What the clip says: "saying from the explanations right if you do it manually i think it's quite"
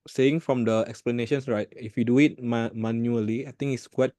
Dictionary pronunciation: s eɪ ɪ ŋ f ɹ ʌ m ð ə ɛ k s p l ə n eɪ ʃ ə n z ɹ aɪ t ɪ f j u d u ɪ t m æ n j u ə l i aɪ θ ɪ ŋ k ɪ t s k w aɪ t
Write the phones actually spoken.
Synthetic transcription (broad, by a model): s eɪ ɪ ŋ f ɹ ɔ m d ə ɛ k s p l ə n eɪ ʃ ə n s ɹ aɪ t ɪ f j u d u ɪ t m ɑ n j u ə l i aɪ t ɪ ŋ ɪ t s k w aɪ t